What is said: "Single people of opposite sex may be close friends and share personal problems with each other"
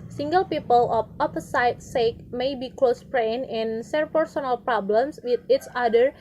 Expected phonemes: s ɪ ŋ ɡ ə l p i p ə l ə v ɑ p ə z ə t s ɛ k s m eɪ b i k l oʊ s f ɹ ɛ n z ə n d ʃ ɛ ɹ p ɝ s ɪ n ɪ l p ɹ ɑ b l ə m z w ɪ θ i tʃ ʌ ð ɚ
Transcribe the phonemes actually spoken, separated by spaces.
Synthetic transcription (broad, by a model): s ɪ ŋ ɡ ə l p i p ə l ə f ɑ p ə s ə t s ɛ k m eɪ b i k l oʊ s p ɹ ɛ n ə n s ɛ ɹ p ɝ s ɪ n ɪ l p ɹ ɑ b l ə m s w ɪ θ i tʃ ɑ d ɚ